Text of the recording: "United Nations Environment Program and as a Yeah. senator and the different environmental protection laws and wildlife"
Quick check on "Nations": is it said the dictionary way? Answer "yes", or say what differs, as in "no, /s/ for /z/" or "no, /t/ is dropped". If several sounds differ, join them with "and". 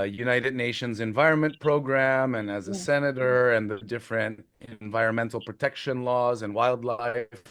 yes